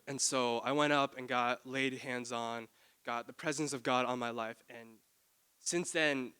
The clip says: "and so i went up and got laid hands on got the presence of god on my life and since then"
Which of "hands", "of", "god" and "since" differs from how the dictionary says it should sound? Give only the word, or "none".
none